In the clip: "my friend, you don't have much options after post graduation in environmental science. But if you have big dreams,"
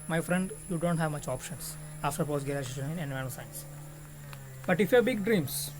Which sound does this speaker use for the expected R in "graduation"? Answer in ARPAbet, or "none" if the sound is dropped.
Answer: none